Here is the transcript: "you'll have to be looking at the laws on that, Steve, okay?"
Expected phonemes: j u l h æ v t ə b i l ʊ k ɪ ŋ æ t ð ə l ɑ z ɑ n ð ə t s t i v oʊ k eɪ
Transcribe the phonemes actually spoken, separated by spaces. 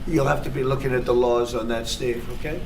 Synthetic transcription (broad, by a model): j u l h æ f t ə b i l ʊ k ɪ ŋ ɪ t ð ə l ɑ z n ð ə t s t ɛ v oʊ k eɪ